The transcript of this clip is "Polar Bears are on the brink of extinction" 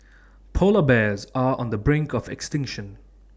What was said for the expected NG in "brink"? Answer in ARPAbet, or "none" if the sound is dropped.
NG